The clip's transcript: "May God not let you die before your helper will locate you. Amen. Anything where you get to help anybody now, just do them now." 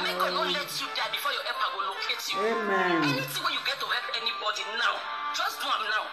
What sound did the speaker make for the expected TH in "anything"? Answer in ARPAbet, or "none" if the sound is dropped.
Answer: S